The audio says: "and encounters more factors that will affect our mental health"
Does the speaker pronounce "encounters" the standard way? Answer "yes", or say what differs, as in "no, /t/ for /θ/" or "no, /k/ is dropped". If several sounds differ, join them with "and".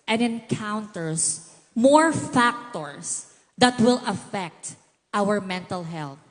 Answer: no, /s/ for /z/